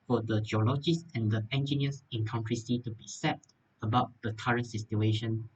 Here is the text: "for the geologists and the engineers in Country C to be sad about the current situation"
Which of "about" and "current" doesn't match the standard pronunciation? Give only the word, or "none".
none